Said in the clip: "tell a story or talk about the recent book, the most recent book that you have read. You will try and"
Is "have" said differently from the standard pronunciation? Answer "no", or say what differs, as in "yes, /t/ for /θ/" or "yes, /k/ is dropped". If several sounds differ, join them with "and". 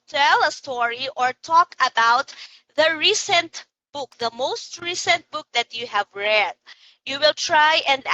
no